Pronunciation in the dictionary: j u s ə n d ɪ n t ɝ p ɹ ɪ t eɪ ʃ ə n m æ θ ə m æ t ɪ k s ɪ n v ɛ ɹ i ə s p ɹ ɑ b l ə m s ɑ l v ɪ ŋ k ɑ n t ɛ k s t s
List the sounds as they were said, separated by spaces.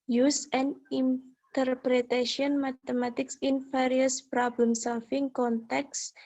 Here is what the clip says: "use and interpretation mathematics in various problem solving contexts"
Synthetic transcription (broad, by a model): j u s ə n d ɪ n t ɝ p ɹ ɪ t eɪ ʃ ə n m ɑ t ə m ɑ t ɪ k s ɪ n f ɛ ɹ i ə s p ɹ ɑ b l ə m s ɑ l f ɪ ŋ k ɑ n t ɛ k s s